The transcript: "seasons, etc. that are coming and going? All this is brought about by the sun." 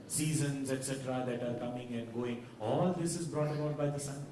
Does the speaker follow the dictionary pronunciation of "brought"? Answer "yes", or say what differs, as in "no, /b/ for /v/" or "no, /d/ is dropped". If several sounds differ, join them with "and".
yes